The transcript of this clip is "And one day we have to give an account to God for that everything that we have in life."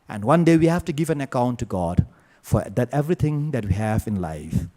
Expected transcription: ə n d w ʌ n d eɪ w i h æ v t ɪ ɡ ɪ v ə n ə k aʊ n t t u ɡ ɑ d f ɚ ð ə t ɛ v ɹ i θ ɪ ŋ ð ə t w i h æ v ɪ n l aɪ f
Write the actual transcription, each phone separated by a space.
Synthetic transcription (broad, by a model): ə n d w ʌ n d eɪ w i h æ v t ɪ ɡ ɪ v ə n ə k aʊ n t t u ɡ ɑ d f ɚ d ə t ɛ v ɹ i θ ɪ ŋ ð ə t w i h æ v ɪ n l aɪ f